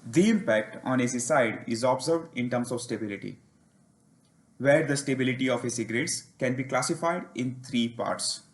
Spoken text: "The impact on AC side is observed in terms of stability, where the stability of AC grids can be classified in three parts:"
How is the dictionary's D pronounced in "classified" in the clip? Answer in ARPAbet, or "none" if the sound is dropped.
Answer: D